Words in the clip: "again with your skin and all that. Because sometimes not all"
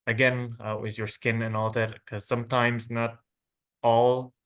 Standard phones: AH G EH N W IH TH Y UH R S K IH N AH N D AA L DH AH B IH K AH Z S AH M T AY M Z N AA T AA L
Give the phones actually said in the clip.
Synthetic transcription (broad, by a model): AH G EH N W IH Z Y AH R S K IH N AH N AA L DH AH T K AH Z S AH M T AY M Z N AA T AA L